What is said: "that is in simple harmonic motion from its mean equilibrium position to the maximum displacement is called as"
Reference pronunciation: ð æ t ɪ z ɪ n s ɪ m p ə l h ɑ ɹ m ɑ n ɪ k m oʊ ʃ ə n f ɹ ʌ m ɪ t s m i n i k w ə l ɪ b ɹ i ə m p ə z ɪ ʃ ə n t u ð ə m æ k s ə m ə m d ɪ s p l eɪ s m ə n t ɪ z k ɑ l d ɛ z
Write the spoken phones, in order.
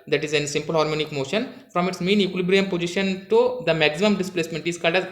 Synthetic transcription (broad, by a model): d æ t ɪ z ɪ n s ɪ m p ə l h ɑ ɹ m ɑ n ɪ k m oʊ ʃ ə n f ɹ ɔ m ɪ t s m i n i k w l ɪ b ɹ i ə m p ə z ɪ ʃ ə n t u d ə m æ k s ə m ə m d ɪ s p l eɪ s m ə n t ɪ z k ɑ l d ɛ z